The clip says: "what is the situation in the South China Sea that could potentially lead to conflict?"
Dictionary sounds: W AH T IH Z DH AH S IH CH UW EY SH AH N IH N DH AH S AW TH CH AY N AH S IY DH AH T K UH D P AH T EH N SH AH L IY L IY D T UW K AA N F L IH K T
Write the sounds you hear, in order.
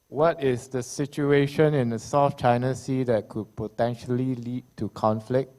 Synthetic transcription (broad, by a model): W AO T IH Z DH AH S IH CH UW EY SH AH N IH N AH S AW F CH AY N AH S IY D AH T K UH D P AH T EH N SH AH L IY L IY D T UW K AA N F L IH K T